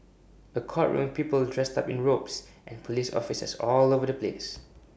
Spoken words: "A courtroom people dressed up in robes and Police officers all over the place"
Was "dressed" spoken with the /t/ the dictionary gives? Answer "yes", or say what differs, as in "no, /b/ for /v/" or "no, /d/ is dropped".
yes